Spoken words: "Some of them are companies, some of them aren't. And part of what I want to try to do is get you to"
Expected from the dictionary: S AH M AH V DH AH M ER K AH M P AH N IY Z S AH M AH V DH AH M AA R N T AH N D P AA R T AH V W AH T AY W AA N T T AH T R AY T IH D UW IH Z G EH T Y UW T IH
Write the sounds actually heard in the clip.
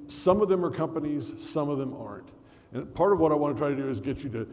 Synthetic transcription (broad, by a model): S AH M AH V DH AH M ER K AH M P AH N IY Z S AH M AH V DH AH M AA R N T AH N P AA R T AH V W AH T AY W AA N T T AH T R AY T IH D UW IH Z G EH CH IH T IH